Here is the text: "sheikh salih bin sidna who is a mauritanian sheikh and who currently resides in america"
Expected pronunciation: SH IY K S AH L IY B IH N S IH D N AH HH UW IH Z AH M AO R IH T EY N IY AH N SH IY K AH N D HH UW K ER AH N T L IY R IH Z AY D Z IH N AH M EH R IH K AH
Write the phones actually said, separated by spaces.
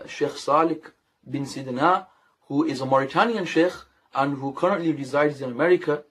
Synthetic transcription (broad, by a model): SH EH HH S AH L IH B IH N S IH D N AH HH UW IH Z AH M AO R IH T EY N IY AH N SH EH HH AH N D HH UW K ER AH N T L IY R IH Z AY D Z IH N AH M EH R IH K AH